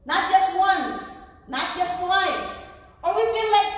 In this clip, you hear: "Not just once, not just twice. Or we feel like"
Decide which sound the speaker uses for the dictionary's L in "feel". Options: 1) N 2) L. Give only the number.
1